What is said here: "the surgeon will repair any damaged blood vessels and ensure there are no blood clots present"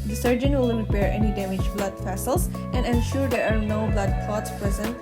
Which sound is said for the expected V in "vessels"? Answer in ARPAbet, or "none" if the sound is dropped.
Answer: F